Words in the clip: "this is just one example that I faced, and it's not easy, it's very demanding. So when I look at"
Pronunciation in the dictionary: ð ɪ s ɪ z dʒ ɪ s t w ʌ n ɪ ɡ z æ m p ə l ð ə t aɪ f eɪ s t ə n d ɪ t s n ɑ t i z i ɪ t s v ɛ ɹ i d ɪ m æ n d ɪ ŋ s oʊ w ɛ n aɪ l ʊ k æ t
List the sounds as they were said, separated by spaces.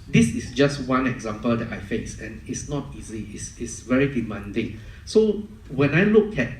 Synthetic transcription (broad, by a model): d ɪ s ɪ s dʒ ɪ s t w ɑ n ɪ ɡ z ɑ m p ə l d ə t aɪ f eɪ s ə n ɪ t s n ɑ t i z i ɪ t s v ɛ ɹ i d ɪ m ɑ n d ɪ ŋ s oʊ w ɛ n aɪ l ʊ k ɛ t